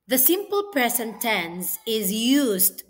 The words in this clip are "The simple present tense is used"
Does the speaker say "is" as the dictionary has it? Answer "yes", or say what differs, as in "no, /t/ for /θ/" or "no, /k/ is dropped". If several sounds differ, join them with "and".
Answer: yes